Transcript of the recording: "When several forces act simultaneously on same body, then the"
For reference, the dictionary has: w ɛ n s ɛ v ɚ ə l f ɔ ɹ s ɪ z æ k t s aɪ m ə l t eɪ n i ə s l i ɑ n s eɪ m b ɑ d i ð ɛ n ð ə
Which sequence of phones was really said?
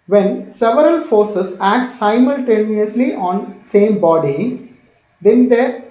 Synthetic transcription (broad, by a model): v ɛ n s ɛ v ɚ ə l f ɔ ɹ s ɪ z æ k t s aɪ m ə l t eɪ n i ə s l i ɑ n s eɪ m b ɑ d i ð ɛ n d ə